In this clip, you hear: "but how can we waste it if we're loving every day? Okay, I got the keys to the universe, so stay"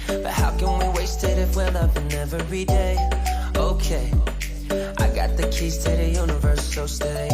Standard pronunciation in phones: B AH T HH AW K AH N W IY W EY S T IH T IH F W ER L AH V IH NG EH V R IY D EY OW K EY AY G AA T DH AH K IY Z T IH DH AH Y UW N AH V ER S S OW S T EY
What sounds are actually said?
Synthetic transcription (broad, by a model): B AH T HH AW K AH N W IY W EY S T IH T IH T W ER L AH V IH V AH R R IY D EY OW K EY AY G AA T DH AH K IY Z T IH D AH Y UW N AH V ER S S OW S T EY